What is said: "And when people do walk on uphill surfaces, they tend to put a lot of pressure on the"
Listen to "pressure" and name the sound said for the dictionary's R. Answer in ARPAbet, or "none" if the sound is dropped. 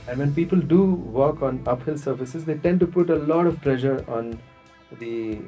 L